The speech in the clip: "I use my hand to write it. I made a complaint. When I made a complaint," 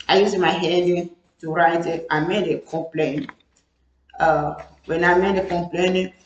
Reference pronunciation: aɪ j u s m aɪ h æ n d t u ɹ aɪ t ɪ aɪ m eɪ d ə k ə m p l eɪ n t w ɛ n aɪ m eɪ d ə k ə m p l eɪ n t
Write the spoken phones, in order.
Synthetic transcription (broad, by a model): aɪ j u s m aɪ h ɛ d t u ɹ aɪ t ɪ aɪ m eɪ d ə k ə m p l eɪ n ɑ w ɛ n aɪ m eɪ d ə k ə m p l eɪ n